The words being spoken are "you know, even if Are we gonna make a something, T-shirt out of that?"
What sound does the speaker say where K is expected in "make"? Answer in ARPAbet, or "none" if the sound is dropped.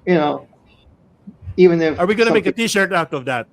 none